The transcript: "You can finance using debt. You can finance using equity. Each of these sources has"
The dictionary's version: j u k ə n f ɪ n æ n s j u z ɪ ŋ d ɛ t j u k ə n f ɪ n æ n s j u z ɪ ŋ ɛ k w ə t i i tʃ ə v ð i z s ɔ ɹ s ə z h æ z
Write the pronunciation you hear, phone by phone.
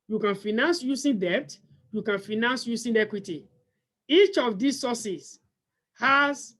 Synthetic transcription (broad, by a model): j u k ə n f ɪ n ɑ n s j u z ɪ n d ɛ t j u k ə n f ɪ n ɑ n s j u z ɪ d ɛ k w ə t i i tʃ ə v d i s ɔ s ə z h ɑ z